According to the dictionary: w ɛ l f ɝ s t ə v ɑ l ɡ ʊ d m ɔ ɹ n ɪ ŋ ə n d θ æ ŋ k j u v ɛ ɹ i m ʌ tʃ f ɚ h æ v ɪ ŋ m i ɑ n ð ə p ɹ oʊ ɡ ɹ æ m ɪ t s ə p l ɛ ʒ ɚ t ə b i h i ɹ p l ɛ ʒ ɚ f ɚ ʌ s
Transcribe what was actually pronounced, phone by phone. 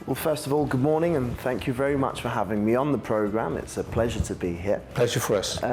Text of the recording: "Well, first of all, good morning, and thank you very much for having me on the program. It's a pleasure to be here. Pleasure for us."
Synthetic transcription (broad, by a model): w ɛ l f ɝ s t ə v ɑ l ɡ ʊ d m ɔ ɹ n ɪ ŋ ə n θ æ ŋ k j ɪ v ɛ ɹ i m ʌ tʃ f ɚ h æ v ɪ ŋ m i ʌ n ð ə p ɹ oʊ ɡ ɹ æ m ɪ t s ə p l ɛ ʒ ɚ t ə b i h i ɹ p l ɛ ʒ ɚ f ɚ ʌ s